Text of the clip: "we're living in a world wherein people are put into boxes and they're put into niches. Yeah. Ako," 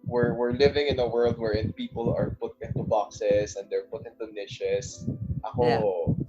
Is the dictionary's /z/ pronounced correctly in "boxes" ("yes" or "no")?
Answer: no